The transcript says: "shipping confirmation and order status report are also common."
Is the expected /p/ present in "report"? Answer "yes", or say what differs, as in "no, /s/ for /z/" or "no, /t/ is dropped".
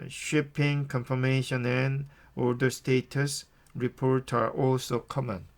yes